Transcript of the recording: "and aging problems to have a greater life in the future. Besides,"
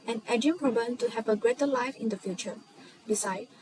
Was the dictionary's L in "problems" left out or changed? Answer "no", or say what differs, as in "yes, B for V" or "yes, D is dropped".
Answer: yes, L is dropped